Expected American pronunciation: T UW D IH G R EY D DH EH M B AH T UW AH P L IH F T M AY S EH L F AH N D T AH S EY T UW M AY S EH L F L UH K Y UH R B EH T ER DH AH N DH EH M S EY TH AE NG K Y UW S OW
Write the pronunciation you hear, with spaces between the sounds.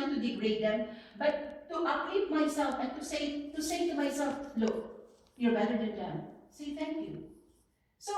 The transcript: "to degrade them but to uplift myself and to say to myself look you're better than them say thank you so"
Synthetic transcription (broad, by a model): T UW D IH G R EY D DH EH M B AH T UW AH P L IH T M AY S EH L F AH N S T AH S EY T UW M AY S EH L F L UH K Y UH R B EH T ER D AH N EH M S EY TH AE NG K Y UW S OW